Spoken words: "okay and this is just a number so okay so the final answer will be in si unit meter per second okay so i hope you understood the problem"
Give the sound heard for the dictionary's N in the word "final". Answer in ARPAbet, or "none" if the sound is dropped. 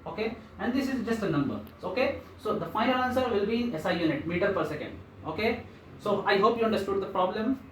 none